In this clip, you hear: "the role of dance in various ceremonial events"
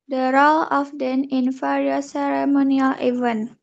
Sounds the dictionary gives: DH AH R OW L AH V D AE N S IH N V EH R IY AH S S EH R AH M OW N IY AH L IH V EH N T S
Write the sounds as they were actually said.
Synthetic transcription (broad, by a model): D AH R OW L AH F D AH N IH N F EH R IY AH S S EH R AH M OW N IY AH L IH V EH N